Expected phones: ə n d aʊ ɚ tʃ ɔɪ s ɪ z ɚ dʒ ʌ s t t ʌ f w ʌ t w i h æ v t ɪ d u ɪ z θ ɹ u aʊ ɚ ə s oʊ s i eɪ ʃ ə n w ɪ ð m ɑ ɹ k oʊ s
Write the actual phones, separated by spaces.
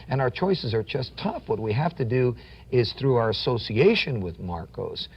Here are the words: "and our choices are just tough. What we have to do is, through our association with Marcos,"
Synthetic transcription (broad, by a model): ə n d aʊ ɚ tʃ ɔɪ s ɪ z ɚ dʒ ʌ s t t ʌ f w ʌ t w i h æ f t ɪ d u ɪ z θ ɹ u aʊ ɚ ə s oʊ s i eɪ ʃ ə n w ɪ ð m ɑ ɹ k oʊ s